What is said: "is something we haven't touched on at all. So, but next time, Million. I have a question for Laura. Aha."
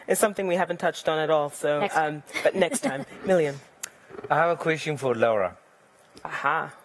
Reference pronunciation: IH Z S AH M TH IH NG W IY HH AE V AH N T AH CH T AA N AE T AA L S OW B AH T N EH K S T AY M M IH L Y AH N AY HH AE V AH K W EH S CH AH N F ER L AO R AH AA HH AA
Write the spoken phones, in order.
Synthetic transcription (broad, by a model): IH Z S AH M TH IH NG W IY HH AE V AH N T AH CH T N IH T AA L S OW B AH T N EH K S T AY M M IH L Y AH N AY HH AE V AH K W EH S CH AH N F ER L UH R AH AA HH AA